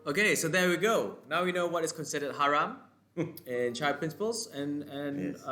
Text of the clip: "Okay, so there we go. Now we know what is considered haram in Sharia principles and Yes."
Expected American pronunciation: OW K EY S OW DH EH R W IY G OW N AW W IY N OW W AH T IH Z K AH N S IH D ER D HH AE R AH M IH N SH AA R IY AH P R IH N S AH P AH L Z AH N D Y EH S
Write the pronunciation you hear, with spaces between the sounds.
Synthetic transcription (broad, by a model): OW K EY S OW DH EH W IY G OW N AW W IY N OW W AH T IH S K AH N S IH D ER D HH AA R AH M IH N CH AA IY P R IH N S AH P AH L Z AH N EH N